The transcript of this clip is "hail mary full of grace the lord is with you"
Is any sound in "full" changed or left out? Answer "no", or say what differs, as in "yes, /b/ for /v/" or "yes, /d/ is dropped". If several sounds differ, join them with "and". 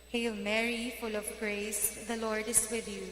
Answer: no